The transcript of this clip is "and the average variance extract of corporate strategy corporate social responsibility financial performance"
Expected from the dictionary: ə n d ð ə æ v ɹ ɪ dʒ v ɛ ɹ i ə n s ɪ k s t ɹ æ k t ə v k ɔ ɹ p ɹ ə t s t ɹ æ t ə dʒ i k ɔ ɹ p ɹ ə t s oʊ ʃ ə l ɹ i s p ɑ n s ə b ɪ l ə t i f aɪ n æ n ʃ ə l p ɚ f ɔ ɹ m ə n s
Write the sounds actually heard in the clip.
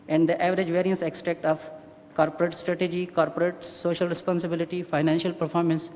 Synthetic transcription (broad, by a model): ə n d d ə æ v ɹ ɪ dʒ v ɛ ɹ i ə n s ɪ k s t ɹ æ k t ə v k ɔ ɹ p ɹ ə t s t ɹ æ t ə dʒ i k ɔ ɹ p ɹ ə t s oʊ ʃ ə l ɹ i s p ɑ n s ə b ɪ l ə t i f aɪ n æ n ʃ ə l p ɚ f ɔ ɹ m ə n s